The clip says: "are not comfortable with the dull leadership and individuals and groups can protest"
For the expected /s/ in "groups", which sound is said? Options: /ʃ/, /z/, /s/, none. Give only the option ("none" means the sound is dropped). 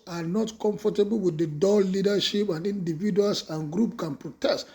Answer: none